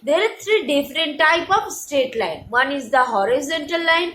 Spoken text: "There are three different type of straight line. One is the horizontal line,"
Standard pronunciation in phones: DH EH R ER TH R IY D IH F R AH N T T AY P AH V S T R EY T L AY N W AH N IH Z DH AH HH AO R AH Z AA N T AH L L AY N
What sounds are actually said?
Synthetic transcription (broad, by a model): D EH R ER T R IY D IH F R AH N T T AY P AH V S T EY T L AY N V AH N IH Z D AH HH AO R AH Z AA N T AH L L AY N